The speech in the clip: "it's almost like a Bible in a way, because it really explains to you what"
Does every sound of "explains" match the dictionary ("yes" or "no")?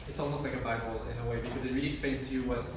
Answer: no